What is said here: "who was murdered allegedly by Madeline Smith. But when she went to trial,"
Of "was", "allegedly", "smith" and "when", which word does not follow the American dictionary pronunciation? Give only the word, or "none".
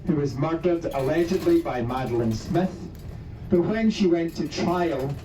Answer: none